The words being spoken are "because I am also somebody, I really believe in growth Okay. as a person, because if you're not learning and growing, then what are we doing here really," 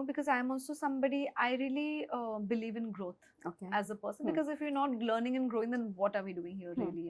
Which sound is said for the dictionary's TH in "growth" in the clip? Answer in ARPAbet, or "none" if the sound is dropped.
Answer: T